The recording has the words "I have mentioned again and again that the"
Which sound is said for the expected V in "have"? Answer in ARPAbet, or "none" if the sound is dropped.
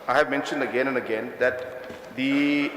V